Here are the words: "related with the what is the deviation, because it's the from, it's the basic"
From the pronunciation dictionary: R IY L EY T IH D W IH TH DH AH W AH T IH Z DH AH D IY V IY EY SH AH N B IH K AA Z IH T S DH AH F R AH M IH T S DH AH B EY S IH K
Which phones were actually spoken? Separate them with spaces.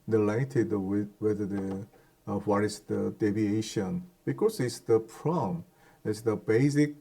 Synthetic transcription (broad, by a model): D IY L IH T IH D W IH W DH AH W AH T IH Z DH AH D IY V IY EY SH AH N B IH K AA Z IH T S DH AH P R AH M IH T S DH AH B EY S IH K